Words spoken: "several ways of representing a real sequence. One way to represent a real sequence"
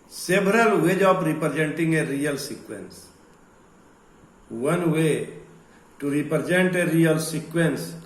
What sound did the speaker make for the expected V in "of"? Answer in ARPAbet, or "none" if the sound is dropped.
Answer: P